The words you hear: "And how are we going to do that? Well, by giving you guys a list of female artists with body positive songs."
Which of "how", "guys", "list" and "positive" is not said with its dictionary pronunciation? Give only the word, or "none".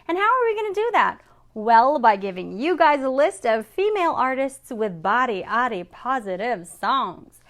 none